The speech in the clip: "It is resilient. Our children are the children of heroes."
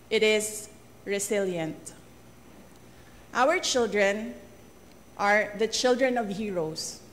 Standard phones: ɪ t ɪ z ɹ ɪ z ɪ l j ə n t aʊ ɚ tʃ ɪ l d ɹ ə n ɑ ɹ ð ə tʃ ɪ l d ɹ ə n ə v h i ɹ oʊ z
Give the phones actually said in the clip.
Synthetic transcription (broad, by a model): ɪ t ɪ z ɹ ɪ s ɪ l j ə n t aʊ ɚ tʃ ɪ l d ɹ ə n ɑ ɹ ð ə tʃ ɪ l d ɹ ə n ə v h i ɹ oʊ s